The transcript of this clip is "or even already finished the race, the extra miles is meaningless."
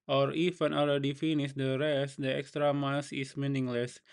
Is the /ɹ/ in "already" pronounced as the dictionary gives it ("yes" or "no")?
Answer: no